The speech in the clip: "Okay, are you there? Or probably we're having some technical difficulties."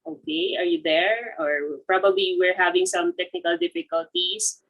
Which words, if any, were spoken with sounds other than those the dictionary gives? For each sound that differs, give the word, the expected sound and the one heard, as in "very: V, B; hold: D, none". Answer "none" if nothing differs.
none